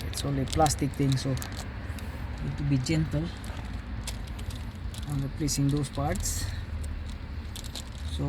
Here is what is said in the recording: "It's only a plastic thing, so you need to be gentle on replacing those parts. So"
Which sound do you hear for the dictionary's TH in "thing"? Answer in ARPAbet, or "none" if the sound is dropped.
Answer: T